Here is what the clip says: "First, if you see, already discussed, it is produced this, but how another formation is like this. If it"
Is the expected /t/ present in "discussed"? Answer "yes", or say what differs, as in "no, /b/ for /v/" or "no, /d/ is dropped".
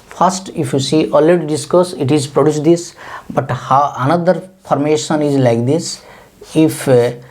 no, /t/ is dropped